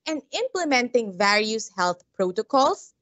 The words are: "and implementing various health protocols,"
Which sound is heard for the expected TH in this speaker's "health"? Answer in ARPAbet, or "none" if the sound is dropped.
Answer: T